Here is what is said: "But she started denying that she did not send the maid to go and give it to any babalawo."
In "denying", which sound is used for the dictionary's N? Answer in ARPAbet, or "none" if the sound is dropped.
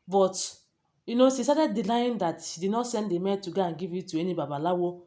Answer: L